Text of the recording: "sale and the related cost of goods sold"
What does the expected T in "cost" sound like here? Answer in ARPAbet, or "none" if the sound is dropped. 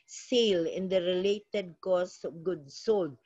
none